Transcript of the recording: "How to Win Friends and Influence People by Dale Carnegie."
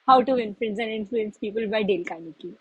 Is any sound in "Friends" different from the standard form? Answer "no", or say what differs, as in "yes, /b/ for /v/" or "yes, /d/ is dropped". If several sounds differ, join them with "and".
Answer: yes, /l/ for /ɹ/